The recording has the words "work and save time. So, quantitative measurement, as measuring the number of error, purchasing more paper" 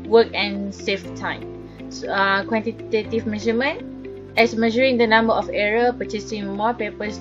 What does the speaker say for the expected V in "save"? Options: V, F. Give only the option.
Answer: F